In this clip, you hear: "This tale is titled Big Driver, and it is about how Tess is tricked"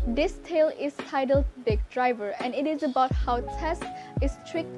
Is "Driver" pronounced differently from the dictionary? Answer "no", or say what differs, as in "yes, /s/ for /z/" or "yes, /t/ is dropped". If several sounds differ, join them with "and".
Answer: no